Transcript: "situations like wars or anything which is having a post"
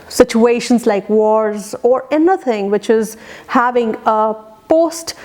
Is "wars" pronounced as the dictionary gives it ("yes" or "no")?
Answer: yes